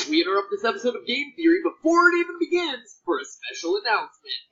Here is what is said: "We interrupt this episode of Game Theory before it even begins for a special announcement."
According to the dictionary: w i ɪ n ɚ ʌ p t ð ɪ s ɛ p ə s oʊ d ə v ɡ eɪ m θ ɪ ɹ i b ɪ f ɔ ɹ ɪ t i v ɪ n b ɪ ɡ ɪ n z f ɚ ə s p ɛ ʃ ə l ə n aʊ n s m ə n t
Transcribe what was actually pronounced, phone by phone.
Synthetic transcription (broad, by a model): w i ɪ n ɚ ʌ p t ð ɪ s ɛ p ə s oʊ d ə v ɡ eɪ m θ ɪ ɹ i b ɪ f ɔ ɹ ɪ t i v ɪ n b ɪ ɡ ɪ n z f ɚ ə s p ɛ ʃ l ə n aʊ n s m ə n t